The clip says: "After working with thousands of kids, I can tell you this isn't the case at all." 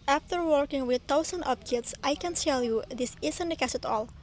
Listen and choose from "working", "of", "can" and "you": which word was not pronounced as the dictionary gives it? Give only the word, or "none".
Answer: of